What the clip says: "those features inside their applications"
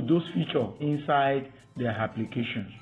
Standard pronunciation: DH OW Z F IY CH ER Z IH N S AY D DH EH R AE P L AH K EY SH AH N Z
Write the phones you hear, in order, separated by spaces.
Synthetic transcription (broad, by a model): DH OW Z F IY CH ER IH N S AY D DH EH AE P L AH K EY SH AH N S